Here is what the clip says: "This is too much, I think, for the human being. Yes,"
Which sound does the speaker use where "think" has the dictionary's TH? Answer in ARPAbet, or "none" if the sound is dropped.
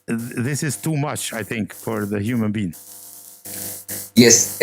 TH